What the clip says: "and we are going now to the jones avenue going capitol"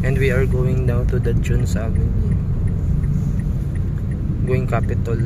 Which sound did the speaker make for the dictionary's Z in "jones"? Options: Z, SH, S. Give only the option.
S